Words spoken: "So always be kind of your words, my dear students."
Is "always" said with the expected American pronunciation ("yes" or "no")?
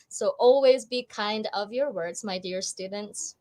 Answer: yes